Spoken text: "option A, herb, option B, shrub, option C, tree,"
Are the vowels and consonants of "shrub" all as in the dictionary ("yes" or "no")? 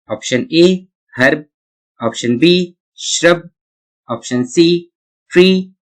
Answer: yes